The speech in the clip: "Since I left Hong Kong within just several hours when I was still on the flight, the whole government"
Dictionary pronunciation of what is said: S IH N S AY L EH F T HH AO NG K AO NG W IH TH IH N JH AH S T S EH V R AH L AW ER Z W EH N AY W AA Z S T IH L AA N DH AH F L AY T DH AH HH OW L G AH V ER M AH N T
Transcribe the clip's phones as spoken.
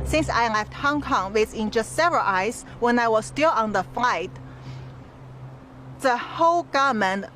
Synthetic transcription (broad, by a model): S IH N S AY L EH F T HH AO NG K AO NG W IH S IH N JH AH S T S EH V R AH L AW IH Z W EH N AY W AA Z S T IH L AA N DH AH F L AY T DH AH HH OW L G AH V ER M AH N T